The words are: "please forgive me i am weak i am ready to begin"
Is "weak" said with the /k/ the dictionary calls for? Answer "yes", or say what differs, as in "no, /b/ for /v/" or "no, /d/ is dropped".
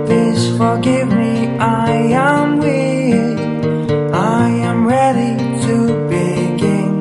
no, /k/ is dropped